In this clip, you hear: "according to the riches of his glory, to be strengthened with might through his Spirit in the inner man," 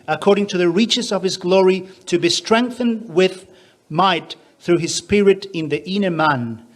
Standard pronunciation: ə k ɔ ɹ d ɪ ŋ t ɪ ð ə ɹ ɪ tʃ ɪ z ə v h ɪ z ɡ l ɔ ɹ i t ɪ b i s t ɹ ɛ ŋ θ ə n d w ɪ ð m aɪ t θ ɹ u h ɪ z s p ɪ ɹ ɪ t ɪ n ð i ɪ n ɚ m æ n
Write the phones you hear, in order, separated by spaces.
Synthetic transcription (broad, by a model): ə k ɔ ɹ d ɪ ŋ t ɪ ð ə ɹ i tʃ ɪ z ə v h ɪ z ɡ l ɔ ɹ i t ɪ b i s t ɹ ɛ ŋ θ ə n d w ɪ ð m aɪ t θ ɹ u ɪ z s p ɪ ɹ ɪ t ɪ n ð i ɪ n ɚ m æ n